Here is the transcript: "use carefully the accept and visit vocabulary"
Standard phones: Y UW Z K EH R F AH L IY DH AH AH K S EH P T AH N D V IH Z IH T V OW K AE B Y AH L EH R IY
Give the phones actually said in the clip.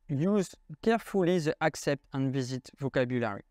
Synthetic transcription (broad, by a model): Y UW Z K EH R F AH L IY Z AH AH K S EH P T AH N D V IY Z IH T V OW K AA B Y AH L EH R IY